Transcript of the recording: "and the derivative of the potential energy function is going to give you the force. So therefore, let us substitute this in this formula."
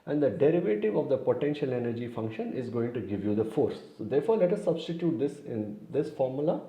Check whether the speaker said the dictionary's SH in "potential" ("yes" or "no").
yes